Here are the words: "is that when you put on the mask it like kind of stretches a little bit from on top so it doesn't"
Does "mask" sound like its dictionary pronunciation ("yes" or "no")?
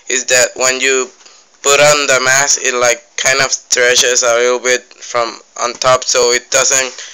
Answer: no